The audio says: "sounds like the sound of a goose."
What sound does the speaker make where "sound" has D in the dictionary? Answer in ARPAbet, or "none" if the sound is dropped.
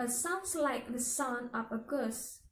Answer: none